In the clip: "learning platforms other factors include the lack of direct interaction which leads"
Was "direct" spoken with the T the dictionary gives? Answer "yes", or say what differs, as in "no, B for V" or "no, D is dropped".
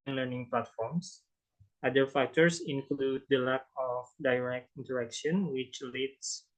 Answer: yes